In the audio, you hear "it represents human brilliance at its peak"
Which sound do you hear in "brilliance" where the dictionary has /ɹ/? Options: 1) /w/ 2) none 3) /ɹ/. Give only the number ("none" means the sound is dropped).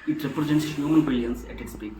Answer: 2